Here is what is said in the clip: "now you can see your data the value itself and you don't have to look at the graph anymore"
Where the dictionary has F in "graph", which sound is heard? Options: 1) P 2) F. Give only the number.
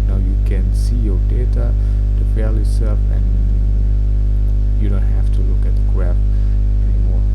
1